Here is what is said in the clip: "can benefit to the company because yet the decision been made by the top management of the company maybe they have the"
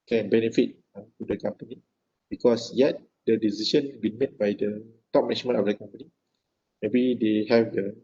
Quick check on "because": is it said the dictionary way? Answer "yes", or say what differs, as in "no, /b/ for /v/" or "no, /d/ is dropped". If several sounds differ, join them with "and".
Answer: no, /s/ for /z/